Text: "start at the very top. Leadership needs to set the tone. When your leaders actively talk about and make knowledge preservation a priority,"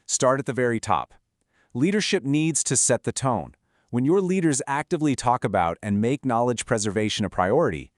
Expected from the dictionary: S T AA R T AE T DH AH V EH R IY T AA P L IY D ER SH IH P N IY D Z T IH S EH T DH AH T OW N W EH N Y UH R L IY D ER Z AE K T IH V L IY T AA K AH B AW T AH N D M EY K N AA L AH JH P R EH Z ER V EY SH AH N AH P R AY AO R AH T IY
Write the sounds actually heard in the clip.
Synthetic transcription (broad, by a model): S T AA R T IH T DH AH V EH R IY T AA P L IY D ER SH IH P N IY D Z T IH S EH T DH AH T OW N W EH N Y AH R L IY D ER Z AE K T IH V L IY T AA K AH B AW T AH N M EY K N AA L AH JH P R EH Z ER V EY SH AH N AH P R AY AO R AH T IY